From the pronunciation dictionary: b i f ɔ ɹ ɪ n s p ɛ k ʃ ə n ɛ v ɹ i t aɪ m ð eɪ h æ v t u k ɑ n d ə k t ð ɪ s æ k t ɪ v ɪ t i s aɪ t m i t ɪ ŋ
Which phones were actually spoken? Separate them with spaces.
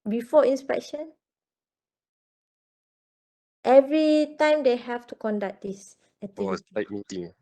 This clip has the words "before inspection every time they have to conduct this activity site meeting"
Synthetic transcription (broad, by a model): b i f ɔ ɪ n s p ɛ k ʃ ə n ɛ v ɹ i t aɪ m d eɪ h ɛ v t u k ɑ n d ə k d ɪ s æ t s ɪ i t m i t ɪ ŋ